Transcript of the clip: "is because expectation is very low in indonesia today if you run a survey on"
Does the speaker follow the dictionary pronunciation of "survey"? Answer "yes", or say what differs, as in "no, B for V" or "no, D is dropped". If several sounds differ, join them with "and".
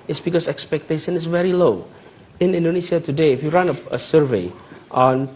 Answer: yes